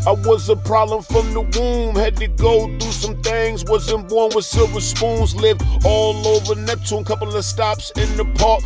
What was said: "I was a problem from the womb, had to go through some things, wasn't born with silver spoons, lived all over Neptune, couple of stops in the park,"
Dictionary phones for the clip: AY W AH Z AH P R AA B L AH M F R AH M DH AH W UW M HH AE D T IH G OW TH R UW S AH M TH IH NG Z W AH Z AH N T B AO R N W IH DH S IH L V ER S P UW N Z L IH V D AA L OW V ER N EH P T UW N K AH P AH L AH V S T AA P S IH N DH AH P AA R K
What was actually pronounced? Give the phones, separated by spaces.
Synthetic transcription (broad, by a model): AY W AH Z AH P R AA B L AH M F R AH M DH AH W UW M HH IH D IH G OW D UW S AH M TH IH NG Z W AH Z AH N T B AO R N W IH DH S IH L V ER S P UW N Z L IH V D AA L OW V ER N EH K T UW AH K AH P L AH V S T AA P S IH N DH AH P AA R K